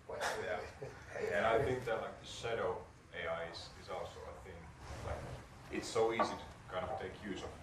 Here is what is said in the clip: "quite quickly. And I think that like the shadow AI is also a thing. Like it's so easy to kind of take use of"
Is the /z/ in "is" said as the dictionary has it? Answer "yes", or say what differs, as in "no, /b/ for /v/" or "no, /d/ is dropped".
yes